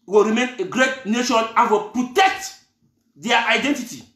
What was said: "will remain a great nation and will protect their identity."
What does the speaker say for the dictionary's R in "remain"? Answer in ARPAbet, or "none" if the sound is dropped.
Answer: R